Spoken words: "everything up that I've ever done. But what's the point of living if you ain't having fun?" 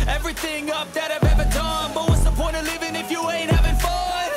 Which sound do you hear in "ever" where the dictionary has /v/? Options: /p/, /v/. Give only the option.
/v/